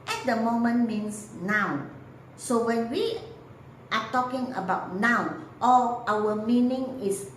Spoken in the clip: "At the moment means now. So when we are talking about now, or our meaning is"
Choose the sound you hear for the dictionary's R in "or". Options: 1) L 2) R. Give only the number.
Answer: 1